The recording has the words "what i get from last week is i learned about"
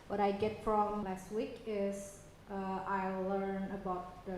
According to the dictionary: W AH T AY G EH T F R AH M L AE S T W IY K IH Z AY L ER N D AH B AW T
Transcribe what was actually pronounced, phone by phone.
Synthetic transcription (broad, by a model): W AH T AY G EH T F R AH M L AE S T W IY K IH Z AY L ER N AH B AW T